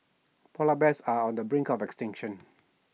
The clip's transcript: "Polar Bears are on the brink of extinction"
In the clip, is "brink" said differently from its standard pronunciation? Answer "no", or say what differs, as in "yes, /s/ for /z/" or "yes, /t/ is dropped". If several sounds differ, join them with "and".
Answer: no